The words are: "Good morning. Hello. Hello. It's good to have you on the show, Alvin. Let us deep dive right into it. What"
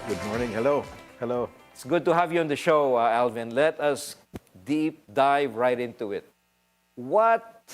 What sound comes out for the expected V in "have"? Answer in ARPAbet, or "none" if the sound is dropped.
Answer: V